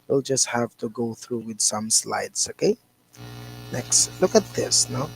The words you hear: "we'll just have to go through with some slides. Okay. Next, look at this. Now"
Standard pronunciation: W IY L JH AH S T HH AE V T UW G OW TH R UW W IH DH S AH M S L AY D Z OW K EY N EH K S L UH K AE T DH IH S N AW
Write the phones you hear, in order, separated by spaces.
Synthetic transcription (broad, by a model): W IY L JH AH S T HH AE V T UW G OW TH R UW W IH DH S AH M S L AY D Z OW K EY N EH K S L UH K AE T DH IH S N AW